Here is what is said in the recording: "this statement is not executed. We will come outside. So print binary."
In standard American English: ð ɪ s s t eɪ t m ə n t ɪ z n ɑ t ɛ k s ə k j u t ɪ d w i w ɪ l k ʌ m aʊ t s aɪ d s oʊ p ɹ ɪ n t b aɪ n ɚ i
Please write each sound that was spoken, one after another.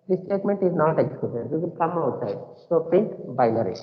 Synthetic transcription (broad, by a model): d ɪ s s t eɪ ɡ m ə n t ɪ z n ɑ t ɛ k s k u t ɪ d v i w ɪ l k ʌ m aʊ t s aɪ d s oʊ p ɪ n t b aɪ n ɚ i